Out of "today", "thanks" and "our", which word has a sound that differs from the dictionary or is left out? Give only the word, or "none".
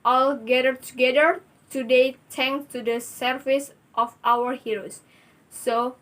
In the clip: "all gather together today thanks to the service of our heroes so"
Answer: thanks